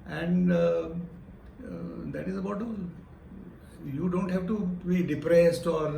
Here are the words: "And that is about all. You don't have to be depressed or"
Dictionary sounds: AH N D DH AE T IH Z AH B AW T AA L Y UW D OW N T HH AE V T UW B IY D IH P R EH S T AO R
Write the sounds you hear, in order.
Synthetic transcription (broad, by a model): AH N D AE T IH Z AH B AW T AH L Y UW D OW N T HH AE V T UW B IY D IH P R EH S T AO R